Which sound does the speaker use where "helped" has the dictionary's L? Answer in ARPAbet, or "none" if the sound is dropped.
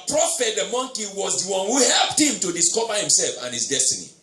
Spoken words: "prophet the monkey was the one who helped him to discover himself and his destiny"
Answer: L